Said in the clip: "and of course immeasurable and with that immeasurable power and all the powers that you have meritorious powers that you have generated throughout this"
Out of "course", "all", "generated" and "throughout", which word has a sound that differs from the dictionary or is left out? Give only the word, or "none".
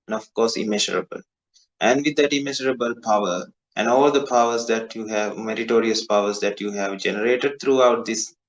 throughout